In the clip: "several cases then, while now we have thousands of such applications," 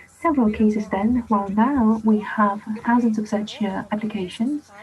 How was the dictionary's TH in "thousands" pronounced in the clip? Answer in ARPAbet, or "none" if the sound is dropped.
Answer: TH